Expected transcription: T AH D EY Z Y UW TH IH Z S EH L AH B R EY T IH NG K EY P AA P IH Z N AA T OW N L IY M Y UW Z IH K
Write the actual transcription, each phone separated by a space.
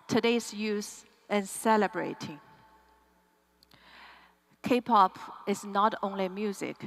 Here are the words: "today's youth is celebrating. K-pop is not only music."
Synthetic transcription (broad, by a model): T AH D EY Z Y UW S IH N S EH L AH B R EY T IH NG K EY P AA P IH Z N AA T OW N L IY M Y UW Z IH K